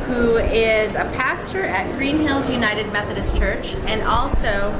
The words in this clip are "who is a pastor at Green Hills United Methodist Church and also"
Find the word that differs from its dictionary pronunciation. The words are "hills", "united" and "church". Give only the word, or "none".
none